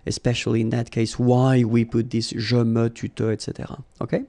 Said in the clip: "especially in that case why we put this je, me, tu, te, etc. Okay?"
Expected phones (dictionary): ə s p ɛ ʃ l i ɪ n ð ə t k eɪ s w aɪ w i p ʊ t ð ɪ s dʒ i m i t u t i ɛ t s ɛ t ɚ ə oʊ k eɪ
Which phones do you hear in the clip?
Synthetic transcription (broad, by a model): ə s p ɛ ʃ l i ɪ n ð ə t k eɪ s w aɪ w i p ʊ t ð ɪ s ʒ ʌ m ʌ t u t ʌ ɛ t s ɛ t ɚ ə oʊ k eɪ